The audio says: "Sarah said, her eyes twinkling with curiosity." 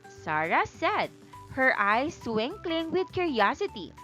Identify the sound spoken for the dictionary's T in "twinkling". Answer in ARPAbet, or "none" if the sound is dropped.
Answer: S